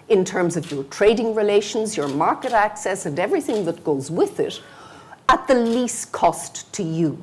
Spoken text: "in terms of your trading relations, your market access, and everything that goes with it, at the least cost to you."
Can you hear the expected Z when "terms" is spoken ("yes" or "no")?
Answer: yes